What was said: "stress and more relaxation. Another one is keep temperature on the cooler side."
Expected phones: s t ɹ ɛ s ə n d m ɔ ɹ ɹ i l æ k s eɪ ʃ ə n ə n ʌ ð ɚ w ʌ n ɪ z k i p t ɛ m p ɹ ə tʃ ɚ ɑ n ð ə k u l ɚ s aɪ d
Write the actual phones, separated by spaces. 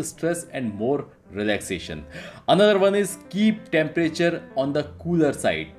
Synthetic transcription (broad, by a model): s t ɹ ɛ s ə n d m ɔ ɹ ɹ i l æ k s eɪ ʃ ə n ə n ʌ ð ɚ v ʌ n ɪ z k i p t ɛ m p ɹ ə tʃ ɚ ɑ n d ə k u l ɚ s aɪ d